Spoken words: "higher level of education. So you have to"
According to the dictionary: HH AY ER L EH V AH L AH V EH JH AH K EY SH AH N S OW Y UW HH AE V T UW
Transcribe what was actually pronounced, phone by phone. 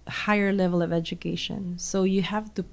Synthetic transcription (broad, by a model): HH AY ER L EH V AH L AH V EH JH AH K EY SH AH N S OW Y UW HH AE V T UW